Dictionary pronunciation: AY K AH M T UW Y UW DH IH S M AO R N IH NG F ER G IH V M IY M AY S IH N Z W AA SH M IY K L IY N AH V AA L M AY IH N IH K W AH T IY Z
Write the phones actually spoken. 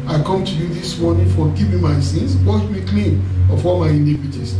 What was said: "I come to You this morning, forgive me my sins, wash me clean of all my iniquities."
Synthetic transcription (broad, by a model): AY K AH M T UW Y UW DH IH S M AO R N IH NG F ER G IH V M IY M AY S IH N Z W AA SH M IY K L IY N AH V AA L M AY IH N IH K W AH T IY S